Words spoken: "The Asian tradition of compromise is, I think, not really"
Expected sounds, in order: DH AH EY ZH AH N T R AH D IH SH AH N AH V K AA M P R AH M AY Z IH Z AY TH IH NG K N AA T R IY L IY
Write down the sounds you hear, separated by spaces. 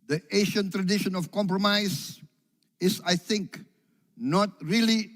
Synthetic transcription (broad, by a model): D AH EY SH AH N T R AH D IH SH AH N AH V K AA M P R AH M AY S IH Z AY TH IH NG K N AA T R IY L IY